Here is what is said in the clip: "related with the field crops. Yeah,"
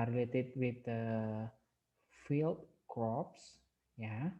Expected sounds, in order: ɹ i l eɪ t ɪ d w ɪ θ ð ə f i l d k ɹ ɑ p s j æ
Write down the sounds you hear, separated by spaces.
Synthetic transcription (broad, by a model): ɹ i l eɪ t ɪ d w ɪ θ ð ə f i l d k ɑ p s j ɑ